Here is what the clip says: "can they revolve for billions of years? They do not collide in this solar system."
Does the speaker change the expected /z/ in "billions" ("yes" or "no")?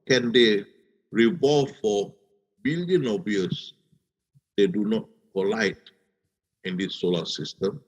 yes